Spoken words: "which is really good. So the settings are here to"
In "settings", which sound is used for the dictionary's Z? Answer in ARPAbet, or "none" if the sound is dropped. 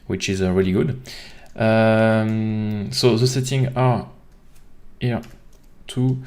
none